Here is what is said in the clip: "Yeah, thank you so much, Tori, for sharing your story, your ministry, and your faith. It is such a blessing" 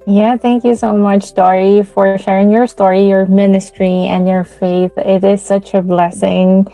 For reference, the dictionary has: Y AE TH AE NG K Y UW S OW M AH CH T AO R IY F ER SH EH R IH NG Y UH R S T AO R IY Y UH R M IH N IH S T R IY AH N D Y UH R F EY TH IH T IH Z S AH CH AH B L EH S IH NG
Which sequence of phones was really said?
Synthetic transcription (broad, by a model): Y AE TH AE NG K Y UW S OW M AH CH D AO R IY F ER SH EH R IH NG Y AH R S T AO R IY Y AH R M IH N IH S T R IY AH N Y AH R F EY TH IH T IH Z S AH CH AH B L EH S IH NG